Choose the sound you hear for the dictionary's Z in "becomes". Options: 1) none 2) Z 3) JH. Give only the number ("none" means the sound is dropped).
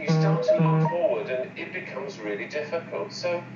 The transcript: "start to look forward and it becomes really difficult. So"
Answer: 2